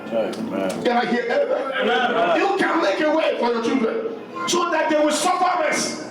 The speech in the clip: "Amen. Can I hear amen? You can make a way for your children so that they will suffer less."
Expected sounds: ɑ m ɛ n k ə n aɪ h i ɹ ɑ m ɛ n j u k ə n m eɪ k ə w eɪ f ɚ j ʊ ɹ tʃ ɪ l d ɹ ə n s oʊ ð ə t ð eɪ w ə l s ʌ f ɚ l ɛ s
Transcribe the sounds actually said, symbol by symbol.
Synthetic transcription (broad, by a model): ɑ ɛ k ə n aɪ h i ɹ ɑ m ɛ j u k ə n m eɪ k ə w eɪ f ɚ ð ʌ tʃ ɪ d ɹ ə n s oʊ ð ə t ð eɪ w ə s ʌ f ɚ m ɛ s